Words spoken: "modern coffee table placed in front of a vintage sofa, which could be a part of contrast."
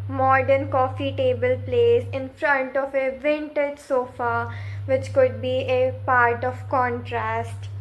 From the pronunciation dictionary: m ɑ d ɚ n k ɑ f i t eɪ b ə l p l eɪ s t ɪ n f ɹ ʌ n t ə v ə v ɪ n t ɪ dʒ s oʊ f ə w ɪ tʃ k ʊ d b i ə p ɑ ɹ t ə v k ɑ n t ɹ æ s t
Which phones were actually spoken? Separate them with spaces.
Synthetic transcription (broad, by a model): m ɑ d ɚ n k ɑ f i t eɪ b ə l p l eɪ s ɪ n f ɹ ʌ n t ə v ə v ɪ n t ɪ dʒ s oʊ f ə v ɪ tʃ k ʊ d b i ə p ɑ ɹ t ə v k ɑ n t ɹ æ s t